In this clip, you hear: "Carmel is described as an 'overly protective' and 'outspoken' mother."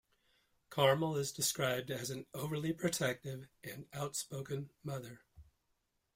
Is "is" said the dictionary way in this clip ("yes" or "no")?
yes